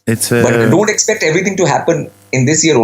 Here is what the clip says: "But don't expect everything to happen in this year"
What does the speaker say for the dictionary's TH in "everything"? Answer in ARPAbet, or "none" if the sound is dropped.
T